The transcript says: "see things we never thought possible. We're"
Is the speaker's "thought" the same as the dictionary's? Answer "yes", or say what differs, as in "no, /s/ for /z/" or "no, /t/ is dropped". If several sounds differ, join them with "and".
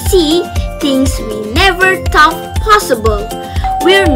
no, /t/ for /θ/